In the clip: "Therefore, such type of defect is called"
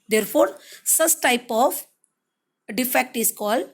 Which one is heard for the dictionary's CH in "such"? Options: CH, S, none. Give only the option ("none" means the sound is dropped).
S